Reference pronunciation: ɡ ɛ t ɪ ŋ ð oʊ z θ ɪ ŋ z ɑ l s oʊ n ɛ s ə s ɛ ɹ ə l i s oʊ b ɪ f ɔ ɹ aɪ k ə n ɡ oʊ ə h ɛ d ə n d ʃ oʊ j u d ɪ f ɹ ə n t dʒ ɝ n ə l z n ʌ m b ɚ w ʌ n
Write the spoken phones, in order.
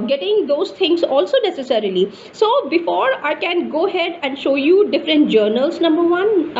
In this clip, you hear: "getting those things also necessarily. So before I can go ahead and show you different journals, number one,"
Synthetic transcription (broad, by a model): ɡ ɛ t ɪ ŋ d oʊ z t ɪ ŋ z ɑ l s oʊ n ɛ s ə s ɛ ɹ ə l i s oʊ b ɪ f ɔ ɹ aɪ k ə n ɡ oʊ ə h ɛ d ə n d ʃ oʊ j u d ɪ f ɹ ə n t dʒ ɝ n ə l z n ʌ m b ɚ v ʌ n